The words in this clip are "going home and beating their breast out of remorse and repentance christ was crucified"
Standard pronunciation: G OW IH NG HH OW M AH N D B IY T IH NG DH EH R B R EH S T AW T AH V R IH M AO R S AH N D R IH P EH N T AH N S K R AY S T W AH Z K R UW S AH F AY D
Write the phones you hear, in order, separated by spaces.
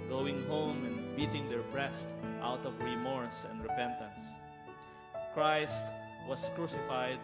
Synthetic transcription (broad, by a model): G OW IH NG HH OW M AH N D B IY T IH NG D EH R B R EH S T AW T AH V R IH M AO R S AH N D R IH P EH N T AH N S K R AY S T W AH S K R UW S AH F AY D